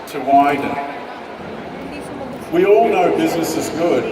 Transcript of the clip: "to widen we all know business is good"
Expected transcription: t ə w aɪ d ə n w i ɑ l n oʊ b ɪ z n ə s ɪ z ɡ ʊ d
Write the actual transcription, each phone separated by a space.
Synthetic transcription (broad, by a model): t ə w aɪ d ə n w i ɑ l n oʊ b ɪ z n ə s ɪ z ɡ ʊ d